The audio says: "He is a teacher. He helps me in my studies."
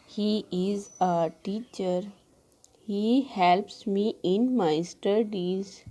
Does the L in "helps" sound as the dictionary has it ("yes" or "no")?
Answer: yes